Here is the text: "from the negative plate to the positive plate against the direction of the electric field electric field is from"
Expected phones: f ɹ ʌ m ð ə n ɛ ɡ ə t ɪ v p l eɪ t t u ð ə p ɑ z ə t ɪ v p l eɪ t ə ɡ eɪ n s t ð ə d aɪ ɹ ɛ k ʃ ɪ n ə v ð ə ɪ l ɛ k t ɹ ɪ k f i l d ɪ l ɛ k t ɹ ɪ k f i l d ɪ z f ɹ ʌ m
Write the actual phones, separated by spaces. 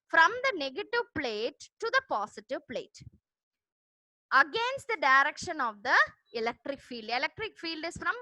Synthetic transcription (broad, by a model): f ɹ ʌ m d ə n ɛ ɡ ə t ɪ v p l eɪ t t u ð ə p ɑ s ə t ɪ v p l eɪ t ə ɡ eɪ n s t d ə d aɪ ɹ ɛ k ʃ ɪ n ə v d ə ɪ l ɛ k t ɹ ɪ k f i l d ɪ l ɛ k t ɹ ɪ k f i l d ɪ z f ɹ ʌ m